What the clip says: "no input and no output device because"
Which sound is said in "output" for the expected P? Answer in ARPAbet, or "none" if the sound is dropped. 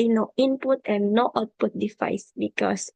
P